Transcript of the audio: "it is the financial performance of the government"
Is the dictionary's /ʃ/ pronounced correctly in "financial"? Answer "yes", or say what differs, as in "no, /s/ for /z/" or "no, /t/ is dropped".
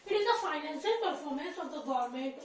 no, /s/ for /ʃ/